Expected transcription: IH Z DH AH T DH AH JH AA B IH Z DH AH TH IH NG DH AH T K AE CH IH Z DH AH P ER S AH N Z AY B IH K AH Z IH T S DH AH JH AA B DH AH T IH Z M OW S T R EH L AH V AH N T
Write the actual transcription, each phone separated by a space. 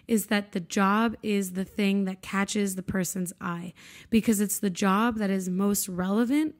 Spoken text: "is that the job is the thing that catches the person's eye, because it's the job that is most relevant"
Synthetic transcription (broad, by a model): IH Z DH AH T DH AH JH AA B IH Z DH AH TH IH NG DH AH T K AE CH IH Z DH AH P ER S AH N Z AY B IH K AH Z IH T S DH AH JH AA B DH AH T IH Z M OW S T R EH L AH V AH N T